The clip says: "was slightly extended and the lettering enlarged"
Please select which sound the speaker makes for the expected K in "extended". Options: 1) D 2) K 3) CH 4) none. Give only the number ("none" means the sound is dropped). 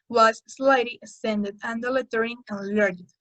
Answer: 4